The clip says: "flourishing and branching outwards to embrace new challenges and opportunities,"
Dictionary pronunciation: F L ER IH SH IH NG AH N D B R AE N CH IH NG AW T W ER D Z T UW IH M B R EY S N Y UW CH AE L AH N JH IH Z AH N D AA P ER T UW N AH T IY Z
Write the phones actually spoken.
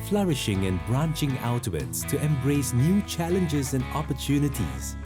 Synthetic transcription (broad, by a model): F L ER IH SH IH NG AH N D B R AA N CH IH NG AW T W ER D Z T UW IH M B R EY S N Y UW CH AE L AH N JH IH Z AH N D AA P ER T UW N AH T IY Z